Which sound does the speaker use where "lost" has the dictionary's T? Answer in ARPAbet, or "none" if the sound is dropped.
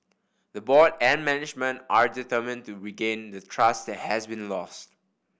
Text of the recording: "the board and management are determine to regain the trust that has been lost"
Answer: T